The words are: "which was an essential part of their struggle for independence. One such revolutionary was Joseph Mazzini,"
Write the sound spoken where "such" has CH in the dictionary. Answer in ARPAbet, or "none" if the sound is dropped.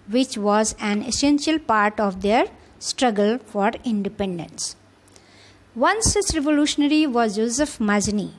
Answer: S